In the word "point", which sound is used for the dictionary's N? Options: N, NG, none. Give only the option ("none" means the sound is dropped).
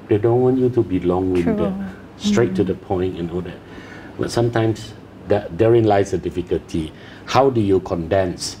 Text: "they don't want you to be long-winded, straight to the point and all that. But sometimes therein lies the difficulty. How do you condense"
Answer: N